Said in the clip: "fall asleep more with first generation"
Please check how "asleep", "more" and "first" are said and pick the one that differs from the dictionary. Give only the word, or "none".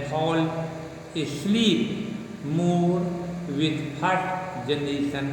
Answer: first